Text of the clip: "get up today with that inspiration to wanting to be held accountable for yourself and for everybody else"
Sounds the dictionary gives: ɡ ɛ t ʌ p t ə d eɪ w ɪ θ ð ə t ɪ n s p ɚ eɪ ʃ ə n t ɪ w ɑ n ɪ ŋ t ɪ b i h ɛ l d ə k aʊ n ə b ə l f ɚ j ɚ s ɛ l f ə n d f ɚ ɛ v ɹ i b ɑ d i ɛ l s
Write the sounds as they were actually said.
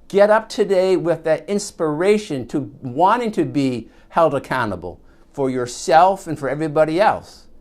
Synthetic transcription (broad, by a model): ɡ ɛ t ʌ p t ə d eɪ w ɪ ð ə t ɪ n s p ɚ eɪ ʃ ə n t ɪ w ɑ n ɪ ŋ t ɪ b i h ɛ l d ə k aʊ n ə b l f ɚ j ɚ s ɛ l f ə n f ɚ ɛ v ɹ i b ɑ d i ɛ l s